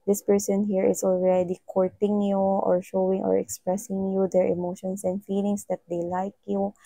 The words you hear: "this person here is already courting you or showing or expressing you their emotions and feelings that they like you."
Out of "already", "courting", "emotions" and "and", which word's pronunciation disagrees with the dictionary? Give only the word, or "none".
emotions